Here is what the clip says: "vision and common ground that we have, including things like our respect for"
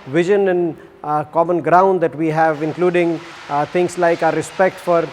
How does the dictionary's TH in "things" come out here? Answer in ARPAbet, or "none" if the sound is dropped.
T